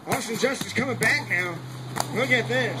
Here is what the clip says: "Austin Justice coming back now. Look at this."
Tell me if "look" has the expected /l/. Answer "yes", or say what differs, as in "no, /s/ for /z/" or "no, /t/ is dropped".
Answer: no, /w/ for /l/